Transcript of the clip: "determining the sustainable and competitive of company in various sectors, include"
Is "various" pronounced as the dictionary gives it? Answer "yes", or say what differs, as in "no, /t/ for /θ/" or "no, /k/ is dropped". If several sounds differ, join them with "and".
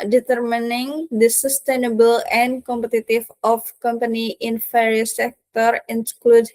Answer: no, /f/ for /v/